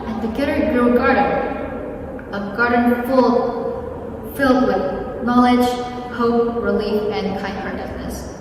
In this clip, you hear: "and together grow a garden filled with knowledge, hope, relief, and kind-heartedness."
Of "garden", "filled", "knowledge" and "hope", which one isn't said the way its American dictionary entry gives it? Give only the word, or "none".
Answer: garden